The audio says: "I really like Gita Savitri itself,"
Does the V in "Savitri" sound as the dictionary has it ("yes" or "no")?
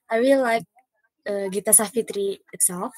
no